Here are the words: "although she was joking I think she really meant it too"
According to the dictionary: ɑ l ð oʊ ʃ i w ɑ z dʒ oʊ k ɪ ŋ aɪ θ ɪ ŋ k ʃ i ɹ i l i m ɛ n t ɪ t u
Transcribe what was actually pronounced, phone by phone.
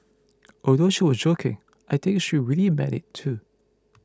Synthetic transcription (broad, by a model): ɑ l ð oʊ ʃ i w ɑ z dʒ oʊ k ɪ ŋ aɪ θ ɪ ŋ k ʃ i ɹ i l i m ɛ t ɪ t u